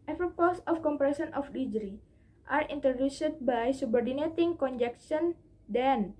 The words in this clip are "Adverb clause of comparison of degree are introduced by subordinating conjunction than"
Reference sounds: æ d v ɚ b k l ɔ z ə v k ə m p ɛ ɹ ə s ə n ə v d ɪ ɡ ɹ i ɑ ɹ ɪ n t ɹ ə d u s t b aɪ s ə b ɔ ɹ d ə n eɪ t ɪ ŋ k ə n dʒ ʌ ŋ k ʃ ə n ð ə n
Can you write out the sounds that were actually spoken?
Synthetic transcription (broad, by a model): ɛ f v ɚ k ɔ s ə f k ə m p ɹ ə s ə n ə f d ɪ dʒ ɹ i ɑ ɹ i n t ɹ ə d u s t b aɪ s ə b ɔ ɹ d ə n eɪ t ɪ ŋ k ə n dʒ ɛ k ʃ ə n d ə n